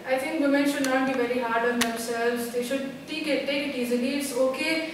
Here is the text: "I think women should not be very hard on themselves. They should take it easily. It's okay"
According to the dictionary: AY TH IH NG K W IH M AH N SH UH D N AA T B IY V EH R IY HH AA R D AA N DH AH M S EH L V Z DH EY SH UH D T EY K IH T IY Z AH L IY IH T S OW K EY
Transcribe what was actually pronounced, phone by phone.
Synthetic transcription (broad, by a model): AY T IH NG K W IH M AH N SH UH D N AA T B IY V EH R IY HH AA R D AA N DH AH S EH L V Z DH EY SH UH D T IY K IH T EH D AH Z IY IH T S OW K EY